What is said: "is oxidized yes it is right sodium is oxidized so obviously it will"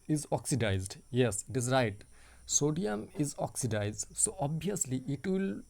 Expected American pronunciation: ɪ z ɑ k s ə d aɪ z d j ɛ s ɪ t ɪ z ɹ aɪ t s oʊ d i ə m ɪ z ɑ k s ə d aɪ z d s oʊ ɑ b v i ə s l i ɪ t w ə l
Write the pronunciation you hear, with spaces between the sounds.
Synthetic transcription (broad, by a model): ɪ z ɑ k s ə d aɪ z d j ɛ s ɪ t ɪ z ɹ aɪ t s oʊ d i ə m ɪ z ɑ k s ə d aɪ z d s oʊ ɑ b i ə s l i ɪ t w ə l